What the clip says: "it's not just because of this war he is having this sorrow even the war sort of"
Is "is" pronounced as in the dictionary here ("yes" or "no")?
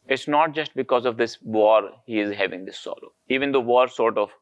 yes